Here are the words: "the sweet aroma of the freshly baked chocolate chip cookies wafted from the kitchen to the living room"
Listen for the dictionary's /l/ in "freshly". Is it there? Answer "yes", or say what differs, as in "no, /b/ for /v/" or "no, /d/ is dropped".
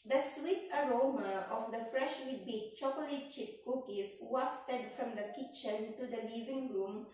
no, /w/ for /l/